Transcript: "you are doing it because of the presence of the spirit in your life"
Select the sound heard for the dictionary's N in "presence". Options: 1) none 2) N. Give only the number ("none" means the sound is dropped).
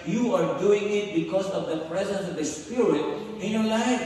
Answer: 2